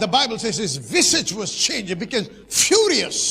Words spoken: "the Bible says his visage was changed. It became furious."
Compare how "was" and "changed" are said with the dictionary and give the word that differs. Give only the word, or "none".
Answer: changed